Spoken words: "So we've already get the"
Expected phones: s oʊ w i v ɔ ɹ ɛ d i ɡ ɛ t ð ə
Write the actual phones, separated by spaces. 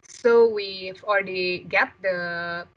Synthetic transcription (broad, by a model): s oʊ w i f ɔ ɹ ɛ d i ɡ ɛ t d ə